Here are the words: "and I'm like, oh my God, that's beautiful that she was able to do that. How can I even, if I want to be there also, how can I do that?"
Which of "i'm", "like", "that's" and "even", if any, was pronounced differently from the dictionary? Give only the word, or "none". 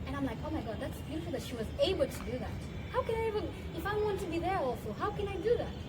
even